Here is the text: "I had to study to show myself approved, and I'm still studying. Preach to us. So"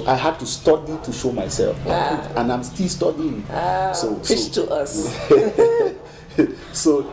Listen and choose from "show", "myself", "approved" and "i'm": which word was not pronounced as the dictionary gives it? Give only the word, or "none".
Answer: approved